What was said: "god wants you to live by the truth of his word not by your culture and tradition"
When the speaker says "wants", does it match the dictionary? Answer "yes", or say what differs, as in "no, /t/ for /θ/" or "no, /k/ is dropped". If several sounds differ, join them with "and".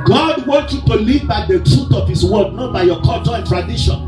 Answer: no, /s/ is dropped